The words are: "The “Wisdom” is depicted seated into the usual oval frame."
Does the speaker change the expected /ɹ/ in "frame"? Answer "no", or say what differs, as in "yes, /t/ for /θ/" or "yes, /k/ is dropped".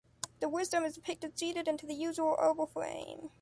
yes, /l/ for /ɹ/